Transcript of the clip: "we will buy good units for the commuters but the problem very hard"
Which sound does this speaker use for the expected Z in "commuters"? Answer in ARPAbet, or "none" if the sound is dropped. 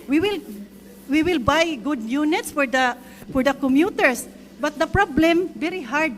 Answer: S